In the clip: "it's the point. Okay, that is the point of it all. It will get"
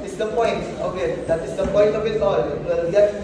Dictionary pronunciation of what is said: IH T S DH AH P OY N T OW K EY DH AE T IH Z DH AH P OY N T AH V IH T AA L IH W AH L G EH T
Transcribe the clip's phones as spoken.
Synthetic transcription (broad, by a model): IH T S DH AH P OY N T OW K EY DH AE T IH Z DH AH P OY N T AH B IH T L IH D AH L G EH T